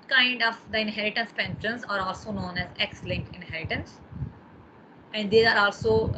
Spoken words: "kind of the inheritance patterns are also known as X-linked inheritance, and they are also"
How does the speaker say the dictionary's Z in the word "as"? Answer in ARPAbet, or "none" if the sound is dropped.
Z